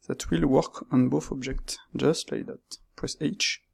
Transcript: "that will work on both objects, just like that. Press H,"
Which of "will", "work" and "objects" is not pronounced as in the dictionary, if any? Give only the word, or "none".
none